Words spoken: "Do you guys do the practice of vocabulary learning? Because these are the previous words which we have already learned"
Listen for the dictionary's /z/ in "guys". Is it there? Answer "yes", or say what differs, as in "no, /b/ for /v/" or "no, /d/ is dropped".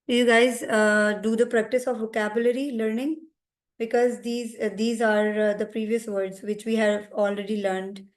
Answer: yes